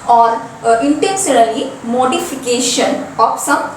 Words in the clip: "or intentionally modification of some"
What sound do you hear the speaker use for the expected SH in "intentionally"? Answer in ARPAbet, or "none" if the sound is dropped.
S